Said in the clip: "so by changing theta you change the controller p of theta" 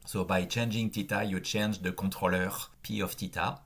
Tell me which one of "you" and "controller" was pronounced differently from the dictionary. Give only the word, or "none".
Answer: controller